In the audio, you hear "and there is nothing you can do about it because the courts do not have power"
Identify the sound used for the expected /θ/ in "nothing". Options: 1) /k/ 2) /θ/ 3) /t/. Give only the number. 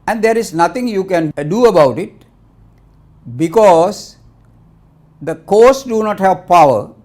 3